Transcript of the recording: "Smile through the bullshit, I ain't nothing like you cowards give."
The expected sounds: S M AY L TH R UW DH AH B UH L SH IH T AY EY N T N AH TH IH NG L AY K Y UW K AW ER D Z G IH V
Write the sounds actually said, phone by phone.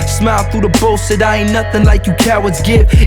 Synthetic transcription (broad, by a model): S M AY L TH R UW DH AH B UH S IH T AY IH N N AH TH IH NG L AY K Y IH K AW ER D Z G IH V